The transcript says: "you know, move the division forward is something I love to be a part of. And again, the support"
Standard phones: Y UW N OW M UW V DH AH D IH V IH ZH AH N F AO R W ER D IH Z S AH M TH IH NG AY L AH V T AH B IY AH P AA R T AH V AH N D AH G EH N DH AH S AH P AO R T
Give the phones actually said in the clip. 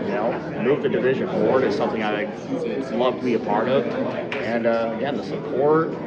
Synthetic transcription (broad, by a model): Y N OW M UW V DH AH D IH V IH ZH AH N F AO R W ER D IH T S AH M TH IH NG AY L AH V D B IY AH P AA R T AH V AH N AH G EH N DH AH S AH P AO R T